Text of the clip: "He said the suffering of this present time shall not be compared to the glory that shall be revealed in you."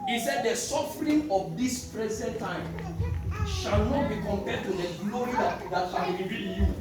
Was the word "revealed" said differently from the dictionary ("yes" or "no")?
yes